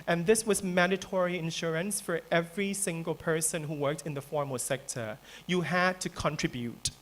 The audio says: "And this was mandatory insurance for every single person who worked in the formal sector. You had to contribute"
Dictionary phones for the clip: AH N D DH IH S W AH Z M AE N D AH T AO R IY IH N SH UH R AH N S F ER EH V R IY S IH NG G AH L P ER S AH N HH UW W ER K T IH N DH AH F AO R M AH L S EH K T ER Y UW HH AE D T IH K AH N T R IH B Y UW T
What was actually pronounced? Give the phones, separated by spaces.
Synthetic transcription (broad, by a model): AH N DH IH S W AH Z M AE N D AH T AO R IY IH N SH UH R AH N S F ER EH V R IY S IH NG G AH L P ER S AH N HH UW W ER K T IH N DH AH F AO R M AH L S EH K T ER Y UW HH AE D T IH K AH N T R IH B Y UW T